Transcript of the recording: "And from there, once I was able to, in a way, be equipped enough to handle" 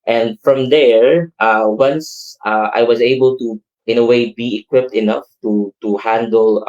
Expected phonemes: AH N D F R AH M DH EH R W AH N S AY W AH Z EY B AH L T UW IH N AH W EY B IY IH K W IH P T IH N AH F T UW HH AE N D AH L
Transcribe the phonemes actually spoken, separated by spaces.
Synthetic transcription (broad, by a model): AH N D F R AH M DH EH R W AH N S AY W AH Z EY B AH L T UW IH N AH W EY B IY IH K W IH P T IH N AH F T UW HH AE N D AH L